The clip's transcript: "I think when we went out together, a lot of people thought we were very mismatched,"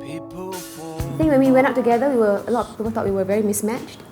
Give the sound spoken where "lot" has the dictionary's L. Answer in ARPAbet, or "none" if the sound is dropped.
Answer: W